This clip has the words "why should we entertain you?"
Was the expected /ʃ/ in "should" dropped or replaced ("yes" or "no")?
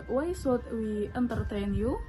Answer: yes